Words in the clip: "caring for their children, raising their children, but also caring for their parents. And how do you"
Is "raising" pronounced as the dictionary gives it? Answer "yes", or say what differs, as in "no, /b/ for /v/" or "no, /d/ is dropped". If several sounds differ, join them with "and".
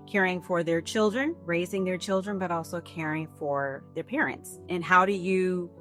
yes